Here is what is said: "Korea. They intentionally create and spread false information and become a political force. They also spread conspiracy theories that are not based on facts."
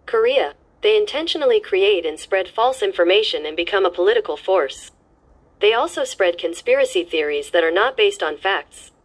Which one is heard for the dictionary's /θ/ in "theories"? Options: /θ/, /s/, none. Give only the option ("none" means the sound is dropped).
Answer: /θ/